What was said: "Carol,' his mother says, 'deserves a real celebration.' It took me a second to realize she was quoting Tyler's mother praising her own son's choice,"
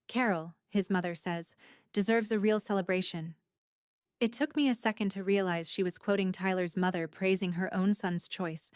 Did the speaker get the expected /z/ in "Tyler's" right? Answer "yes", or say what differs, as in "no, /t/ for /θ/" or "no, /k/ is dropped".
yes